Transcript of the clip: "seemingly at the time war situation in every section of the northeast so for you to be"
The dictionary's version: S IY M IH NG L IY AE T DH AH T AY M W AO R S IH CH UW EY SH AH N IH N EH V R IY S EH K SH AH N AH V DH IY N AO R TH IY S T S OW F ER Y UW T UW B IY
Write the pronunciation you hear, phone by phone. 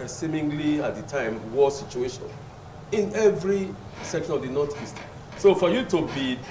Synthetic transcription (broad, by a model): S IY M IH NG L IY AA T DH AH T AY M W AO S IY CH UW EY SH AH N IH N EH V R IY S EH K SH AH N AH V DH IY N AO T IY S T S OW F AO Y UW T UW B IY